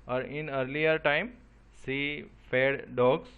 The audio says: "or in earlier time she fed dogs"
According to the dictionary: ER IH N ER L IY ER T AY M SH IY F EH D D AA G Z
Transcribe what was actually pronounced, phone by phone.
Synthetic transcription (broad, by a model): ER IH N ER L IY ER T AY M S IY F EH D D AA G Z